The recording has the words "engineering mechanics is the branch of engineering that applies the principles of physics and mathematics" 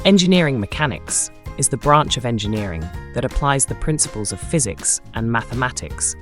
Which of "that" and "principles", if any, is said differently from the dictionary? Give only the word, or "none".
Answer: none